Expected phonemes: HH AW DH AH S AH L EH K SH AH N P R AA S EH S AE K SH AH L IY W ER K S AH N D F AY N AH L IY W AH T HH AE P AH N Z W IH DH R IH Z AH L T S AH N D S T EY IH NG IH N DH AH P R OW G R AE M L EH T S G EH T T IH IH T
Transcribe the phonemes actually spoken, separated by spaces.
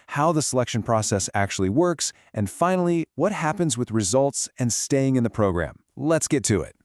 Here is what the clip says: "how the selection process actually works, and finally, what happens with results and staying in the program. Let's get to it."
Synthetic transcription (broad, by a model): HH AW DH AH S AH L EH K SH AH N P R AA S EH S AE K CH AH L IY W ER K S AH N F AY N L IY W AH T HH AE P AH N Z W IH DH R IH Z AH L T S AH N S T EY IH NG IH N DH AH P R OW G R AE M L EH T S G EH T T IH IH T